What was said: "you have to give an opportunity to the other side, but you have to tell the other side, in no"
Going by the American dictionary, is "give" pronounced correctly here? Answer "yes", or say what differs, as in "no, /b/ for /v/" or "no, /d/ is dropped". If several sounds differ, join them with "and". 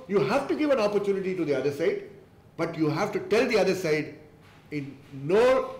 yes